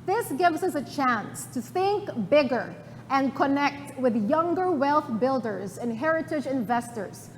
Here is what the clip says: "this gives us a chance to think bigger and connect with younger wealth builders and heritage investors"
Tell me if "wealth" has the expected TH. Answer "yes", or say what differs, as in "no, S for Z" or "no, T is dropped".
yes